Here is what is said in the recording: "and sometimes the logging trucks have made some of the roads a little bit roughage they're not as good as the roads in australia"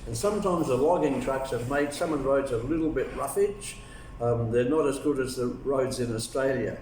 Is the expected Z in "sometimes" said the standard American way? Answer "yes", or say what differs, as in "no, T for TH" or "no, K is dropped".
yes